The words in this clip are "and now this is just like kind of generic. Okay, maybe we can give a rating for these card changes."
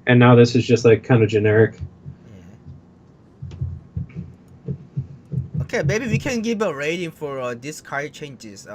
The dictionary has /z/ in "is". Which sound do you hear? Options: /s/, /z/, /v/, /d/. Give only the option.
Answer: /z/